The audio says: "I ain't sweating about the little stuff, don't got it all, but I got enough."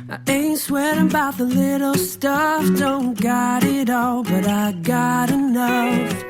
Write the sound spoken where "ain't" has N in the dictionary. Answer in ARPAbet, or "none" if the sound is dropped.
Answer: N